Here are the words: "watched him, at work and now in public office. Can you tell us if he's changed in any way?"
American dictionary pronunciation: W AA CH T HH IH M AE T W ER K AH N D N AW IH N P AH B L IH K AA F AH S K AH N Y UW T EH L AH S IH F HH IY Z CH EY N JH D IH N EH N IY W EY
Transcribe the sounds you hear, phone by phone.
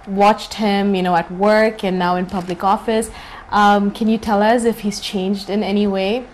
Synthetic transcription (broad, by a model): W AA CH T HH IH M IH T W ER K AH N N AW IH N P AH B L IH K AA F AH S K AH N Y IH T EH L AH S IH F HH IY Z CH EY N JH D IH N EH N IY W EY